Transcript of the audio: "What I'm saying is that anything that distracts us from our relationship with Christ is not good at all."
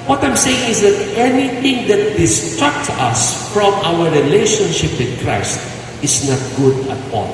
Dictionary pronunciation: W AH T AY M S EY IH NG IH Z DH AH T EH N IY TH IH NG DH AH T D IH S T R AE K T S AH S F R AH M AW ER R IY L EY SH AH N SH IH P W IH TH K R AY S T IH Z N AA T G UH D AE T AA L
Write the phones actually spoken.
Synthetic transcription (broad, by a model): W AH T AY M S EY IH NG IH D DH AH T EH N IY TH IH NG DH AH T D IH S T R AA K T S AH S F R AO M AW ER R IY L EY SH AH N SH IH P W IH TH K R AY S T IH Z N AA T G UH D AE T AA L